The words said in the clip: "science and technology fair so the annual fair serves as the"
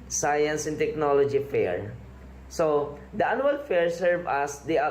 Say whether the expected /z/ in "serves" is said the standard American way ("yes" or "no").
no